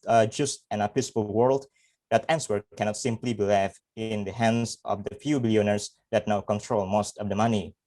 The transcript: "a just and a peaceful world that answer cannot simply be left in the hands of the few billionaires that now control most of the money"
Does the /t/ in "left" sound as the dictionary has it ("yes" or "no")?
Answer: no